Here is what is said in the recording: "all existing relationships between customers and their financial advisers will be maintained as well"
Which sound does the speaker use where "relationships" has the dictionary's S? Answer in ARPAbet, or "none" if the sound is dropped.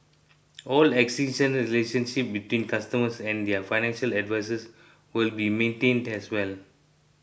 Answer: none